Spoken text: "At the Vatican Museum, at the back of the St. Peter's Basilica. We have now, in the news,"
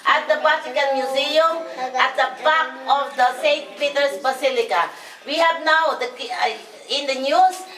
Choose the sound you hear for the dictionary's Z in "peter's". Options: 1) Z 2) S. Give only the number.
2